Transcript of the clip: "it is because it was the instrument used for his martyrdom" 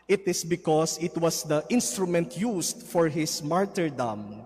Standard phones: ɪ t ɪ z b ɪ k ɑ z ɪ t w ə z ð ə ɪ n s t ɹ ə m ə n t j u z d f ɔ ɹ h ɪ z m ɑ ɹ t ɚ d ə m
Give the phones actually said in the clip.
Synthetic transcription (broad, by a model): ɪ t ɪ s b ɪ k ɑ s ɪ t w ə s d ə ɪ n s t ɹ ə m ə n t j u s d f ɔ ɹ h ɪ s m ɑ ɹ t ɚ d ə m